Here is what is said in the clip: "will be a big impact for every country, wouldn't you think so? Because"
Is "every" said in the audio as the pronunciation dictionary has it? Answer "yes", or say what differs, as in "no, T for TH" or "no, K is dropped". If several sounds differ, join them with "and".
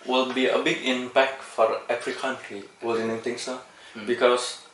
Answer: no, F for V